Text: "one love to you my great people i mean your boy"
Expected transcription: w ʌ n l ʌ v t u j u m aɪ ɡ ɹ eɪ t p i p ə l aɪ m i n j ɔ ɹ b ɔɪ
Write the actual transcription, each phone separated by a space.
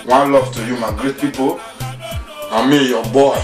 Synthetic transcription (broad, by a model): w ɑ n l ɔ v t u j u m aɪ ɡ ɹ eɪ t p i p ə n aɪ m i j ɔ b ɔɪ